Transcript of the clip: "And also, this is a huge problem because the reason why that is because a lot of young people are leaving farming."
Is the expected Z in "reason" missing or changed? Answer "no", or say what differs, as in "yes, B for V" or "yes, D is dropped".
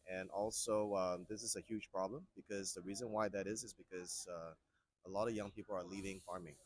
no